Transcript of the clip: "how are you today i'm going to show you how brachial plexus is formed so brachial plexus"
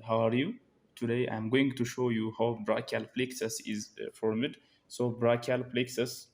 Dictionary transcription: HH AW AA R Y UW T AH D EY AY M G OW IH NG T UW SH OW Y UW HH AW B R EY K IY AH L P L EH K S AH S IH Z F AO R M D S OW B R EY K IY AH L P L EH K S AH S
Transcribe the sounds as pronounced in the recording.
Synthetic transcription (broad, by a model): HH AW AA R Y UW T AH D EY AY M G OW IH NG T UW SH OW Y UW HH AW B R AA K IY L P L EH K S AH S IH Z F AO R M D S OW B R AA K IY L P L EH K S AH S